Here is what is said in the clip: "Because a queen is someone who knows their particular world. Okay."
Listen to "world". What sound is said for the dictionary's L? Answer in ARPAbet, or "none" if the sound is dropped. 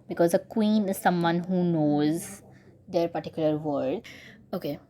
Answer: none